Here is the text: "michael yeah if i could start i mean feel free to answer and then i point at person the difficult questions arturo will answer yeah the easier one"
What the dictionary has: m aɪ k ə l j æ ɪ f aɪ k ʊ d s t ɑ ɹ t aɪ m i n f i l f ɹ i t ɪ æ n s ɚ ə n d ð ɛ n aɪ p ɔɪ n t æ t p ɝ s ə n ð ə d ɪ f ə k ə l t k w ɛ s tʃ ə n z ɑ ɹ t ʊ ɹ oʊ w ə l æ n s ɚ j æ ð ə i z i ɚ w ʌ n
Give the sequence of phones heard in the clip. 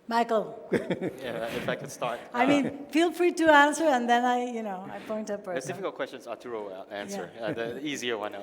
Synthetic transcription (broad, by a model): m aɪ k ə l j æ ɪ f aɪ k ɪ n s t ɑ ɹ t aɪ m i n f i l f ɹ i t ɪ æ n s ɚ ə n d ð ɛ n aɪ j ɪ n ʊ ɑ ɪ p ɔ ə n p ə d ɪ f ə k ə l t k w ɛ s tʃ ə n z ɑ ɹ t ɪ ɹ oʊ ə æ n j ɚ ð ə i z i ɚ w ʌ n